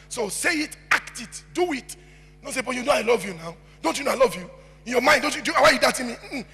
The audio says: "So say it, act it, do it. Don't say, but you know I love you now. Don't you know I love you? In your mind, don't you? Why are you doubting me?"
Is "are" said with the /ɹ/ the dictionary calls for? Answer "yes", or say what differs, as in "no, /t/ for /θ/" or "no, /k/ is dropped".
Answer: no, /w/ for /ɹ/